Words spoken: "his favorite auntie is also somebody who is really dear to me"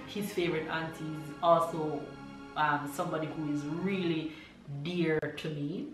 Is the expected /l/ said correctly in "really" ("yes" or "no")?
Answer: yes